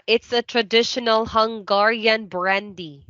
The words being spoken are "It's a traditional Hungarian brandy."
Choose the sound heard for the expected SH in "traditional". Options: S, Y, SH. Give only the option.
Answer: SH